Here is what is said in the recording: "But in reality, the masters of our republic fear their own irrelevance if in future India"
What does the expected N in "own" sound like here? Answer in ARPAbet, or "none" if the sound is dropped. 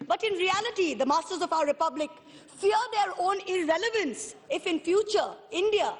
N